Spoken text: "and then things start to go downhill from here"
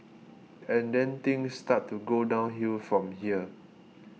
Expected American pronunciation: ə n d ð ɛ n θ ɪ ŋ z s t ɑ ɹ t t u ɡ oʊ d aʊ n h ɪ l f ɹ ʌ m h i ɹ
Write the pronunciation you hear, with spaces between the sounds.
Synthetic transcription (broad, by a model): ə n d ɛ n t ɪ ŋ s t ɑ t t u ɡ oʊ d aʊ n h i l f ɹ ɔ m h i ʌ